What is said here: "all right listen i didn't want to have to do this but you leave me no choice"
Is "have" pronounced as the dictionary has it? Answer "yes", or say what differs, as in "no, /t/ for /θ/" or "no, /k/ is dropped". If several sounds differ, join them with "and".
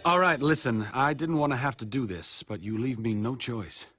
no, /f/ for /v/